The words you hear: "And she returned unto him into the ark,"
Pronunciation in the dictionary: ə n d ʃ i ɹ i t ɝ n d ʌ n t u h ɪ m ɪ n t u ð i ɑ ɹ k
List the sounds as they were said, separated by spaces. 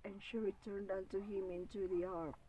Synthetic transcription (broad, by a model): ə n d ʃ i ɹ i t ɝ n d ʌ n t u h ɪ m ɪ n t u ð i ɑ ɹ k